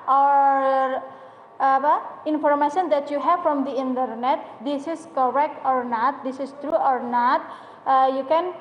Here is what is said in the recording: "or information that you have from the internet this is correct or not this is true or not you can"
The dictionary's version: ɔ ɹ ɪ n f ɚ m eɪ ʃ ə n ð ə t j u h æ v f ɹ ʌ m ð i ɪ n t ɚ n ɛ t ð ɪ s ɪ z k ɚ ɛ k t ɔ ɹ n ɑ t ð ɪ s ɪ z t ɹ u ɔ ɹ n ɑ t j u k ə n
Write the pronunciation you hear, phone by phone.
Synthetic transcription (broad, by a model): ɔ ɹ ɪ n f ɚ m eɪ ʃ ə n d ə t j u h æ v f ɹ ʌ m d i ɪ n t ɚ n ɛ t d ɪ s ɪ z k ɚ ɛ k t ɔ ɹ n ɑ t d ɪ s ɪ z t ɹ u ɔ ɹ n ɑ t j u k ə n